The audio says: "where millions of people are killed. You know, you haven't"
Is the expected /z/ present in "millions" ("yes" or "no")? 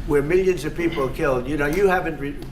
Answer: yes